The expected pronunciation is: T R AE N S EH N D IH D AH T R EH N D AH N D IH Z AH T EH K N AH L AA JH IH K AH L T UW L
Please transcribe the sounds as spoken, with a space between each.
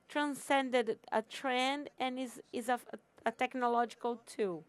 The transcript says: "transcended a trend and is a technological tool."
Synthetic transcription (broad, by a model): T R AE N S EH N D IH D AH T R EH N D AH N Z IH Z AH T EH K N AH L AA JH IH K AH L T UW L